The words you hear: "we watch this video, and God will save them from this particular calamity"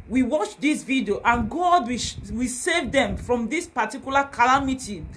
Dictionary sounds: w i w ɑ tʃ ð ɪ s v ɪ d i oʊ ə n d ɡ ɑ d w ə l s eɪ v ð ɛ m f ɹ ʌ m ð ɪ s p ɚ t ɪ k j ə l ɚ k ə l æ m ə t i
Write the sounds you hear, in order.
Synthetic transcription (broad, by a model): w i w ɑ tʃ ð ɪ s v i d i oʊ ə n ɡ ɑ d w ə w s eɪ v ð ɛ m f ɹ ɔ m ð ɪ s p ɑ t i k j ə l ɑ k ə l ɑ m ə t i